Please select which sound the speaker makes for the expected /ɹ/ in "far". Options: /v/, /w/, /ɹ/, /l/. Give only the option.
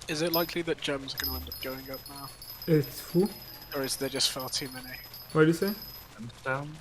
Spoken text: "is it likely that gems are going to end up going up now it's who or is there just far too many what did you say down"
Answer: /l/